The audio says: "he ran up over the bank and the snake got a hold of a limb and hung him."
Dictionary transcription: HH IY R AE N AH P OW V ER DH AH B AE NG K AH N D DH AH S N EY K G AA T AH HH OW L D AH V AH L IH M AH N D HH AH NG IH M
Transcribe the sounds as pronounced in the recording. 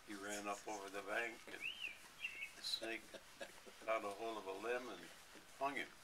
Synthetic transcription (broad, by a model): HH IY R AE N AH P OW V ER DH AH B AE NG K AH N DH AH S N EY K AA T AH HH OW L AH V AH L IH M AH N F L AH NG IH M